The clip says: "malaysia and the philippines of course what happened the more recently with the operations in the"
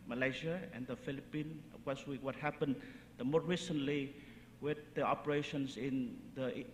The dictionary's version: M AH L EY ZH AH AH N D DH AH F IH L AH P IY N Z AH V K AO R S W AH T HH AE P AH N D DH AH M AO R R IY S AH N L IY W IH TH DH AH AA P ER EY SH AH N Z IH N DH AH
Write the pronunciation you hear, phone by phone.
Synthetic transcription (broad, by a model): M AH L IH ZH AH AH N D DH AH F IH L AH P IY N AH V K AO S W W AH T HH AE P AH N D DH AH M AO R R IY S AH N L IY W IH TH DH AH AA P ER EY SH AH N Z IH N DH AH